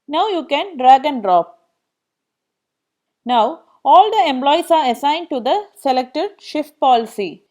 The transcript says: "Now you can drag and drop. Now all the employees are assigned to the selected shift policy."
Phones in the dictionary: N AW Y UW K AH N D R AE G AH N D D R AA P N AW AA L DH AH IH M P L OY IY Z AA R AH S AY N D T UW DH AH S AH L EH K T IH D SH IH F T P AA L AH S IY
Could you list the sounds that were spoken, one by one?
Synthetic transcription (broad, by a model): N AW Y UW K AH N D R AE G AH N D D R AA P N AW AA L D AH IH M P L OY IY S AA R AH S AY N D T UW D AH S AH L EH K T IH D SH IH F T P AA L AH S IY